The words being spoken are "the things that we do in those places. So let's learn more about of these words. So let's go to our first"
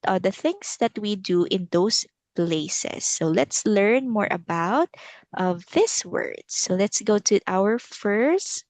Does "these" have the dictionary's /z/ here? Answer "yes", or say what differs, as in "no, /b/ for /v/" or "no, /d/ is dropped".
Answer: no, /s/ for /z/